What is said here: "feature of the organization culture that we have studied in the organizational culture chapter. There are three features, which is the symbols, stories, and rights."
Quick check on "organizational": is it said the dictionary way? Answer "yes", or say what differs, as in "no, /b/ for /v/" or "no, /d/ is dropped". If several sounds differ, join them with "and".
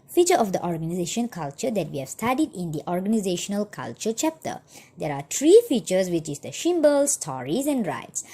yes